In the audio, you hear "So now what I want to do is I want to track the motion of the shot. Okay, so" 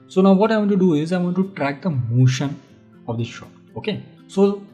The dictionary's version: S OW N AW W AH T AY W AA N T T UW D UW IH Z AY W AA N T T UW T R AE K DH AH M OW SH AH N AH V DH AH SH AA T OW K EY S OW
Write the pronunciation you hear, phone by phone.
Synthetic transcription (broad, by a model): S OW N AW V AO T AY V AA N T T UW D UW IH Z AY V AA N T T UW T R AE K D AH M OW SH AH N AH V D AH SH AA OW K EY S OW